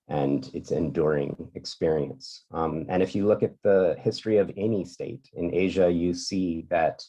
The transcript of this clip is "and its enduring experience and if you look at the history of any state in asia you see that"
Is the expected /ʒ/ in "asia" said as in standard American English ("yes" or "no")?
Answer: yes